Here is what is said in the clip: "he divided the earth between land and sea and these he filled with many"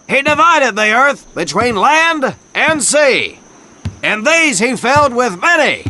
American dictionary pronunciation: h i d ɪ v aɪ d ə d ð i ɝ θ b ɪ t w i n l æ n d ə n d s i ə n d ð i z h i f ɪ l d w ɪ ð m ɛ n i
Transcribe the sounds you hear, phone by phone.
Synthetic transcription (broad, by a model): h i d ɪ v aɪ d ə d ð i ɝ θ b ɪ t w i n l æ n d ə n s i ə n ð i z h i f ɪ l d w ɪ ð m ɛ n i